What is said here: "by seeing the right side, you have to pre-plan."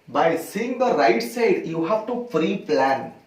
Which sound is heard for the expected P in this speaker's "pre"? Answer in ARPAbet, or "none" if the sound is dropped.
F